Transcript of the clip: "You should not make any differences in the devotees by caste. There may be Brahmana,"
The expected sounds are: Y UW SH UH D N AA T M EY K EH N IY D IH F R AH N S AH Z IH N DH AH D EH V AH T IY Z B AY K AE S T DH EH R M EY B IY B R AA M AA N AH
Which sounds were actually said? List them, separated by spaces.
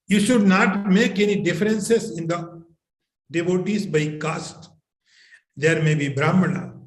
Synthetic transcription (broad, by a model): Y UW SH UH D N AA T M EY K EH N IY D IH F R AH N S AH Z IH N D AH D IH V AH T IY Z B AY K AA S T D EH R M EY B IY B R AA M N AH